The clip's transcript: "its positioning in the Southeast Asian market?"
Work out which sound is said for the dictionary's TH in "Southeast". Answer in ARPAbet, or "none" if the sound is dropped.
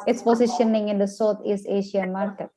T